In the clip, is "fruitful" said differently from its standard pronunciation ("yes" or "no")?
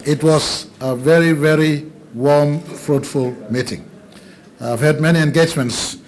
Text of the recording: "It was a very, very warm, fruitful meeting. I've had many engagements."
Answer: no